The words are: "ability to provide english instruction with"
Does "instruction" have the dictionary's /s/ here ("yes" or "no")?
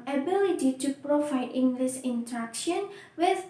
no